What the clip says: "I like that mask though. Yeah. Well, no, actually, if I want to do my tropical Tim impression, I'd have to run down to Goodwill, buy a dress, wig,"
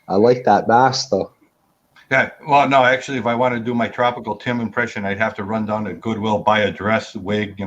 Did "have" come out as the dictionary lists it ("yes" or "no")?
no